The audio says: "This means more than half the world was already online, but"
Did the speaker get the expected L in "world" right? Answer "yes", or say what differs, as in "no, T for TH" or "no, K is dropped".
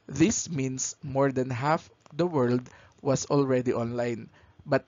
yes